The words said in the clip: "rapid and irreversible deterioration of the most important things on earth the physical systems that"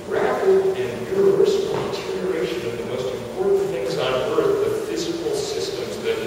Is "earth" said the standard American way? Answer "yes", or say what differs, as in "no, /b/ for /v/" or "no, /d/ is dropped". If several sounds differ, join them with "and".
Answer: no, /t/ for /θ/